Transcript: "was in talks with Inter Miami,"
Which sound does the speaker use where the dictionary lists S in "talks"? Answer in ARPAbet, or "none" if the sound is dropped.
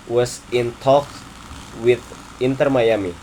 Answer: none